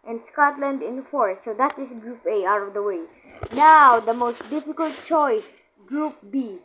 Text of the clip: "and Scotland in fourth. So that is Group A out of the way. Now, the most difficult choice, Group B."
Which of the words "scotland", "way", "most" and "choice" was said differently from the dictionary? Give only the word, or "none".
none